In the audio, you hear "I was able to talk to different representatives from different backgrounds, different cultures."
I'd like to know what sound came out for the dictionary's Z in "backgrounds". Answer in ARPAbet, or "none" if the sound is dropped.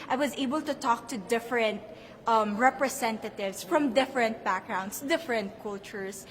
S